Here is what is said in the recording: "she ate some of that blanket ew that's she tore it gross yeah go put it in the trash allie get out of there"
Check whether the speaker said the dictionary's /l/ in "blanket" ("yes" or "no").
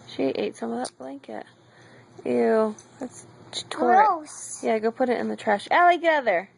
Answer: yes